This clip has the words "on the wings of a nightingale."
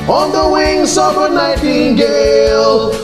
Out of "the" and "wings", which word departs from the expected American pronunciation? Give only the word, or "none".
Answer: wings